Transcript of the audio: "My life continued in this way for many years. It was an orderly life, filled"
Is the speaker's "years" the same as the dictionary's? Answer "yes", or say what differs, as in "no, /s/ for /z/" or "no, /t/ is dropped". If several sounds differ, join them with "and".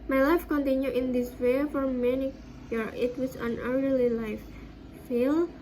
no, /z/ is dropped